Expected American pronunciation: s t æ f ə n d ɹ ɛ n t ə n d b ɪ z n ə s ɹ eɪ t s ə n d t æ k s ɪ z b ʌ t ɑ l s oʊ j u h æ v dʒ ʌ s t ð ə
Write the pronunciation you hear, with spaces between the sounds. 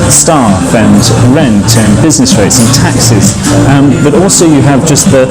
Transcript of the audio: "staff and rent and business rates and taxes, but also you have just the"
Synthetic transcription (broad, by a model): s t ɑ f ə n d ɹ ɛ n t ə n b ɪ z n ə s ɹ eɪ t s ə n t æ k s ɪ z b ʌ t ɑ l s oʊ j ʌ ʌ v dʒ ʌ s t ð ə